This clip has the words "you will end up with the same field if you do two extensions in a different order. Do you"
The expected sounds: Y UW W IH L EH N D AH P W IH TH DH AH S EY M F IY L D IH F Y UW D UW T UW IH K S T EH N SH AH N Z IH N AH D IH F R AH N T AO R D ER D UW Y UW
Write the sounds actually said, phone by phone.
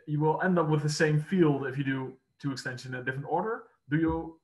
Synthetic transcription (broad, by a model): Y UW W IH L EH N D AH P W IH DH AH S EY M F IY L D IH F Y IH D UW T UW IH K S T EH N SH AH N IH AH D IH F R AH N T AO R D ER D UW Y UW